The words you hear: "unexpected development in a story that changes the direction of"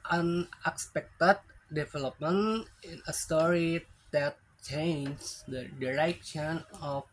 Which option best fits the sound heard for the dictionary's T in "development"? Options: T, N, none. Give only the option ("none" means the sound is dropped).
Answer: none